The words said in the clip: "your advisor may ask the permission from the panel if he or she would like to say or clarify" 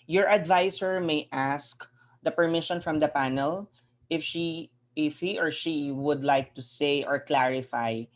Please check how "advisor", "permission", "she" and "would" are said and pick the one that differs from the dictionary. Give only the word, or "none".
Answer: advisor